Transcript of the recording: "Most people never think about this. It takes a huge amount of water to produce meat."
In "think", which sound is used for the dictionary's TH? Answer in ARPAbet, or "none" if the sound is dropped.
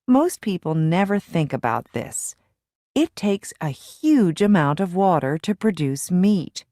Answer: TH